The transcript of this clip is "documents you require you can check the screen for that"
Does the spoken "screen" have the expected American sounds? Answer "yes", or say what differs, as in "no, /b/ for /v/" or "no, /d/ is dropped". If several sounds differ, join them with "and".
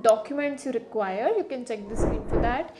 no, /ɹ/ is dropped